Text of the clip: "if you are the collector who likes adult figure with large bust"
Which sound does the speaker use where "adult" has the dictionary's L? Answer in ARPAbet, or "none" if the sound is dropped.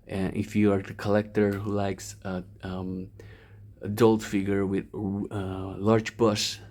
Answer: L